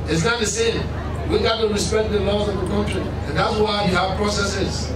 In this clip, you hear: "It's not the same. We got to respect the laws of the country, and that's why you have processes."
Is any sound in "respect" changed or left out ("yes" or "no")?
no